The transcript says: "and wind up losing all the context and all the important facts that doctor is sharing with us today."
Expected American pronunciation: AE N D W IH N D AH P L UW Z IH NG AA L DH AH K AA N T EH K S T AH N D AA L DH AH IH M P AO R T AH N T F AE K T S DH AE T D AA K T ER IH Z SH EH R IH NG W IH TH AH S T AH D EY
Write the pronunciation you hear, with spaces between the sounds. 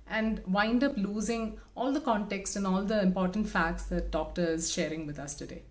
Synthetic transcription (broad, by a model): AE N D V IH N D AH P L UW Z IH NG AA L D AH K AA N T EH K S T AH N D AA L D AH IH M P AO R T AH N T F AE K T S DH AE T D AA K T ER IH Z SH EH R IH NG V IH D AH S T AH D EY